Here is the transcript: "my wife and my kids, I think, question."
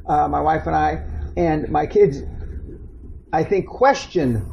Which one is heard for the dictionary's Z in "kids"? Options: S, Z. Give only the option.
Z